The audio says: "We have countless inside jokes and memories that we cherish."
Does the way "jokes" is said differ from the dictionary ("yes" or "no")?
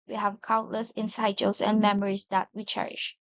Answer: yes